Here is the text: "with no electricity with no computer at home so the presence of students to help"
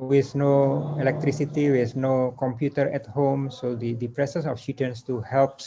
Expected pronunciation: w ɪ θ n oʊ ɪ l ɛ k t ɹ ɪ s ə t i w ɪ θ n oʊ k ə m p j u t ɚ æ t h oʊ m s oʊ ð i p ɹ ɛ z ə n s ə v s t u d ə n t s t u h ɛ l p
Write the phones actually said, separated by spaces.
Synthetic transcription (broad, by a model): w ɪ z n oʊ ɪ l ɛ k t ɹ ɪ s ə t i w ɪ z n oʊ k ə m p j u t ɚ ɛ t h oʊ m s oʊ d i p ɹ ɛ s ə s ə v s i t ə n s t u h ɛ l p